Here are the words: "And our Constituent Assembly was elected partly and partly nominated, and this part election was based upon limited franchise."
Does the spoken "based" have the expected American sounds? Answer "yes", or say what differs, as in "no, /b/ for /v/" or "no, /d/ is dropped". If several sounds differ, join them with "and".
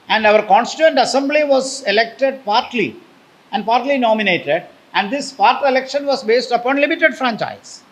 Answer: yes